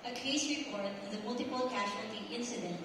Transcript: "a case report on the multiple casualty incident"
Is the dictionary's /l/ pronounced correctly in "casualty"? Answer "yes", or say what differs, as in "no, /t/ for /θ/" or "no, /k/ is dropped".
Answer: no, /l/ is dropped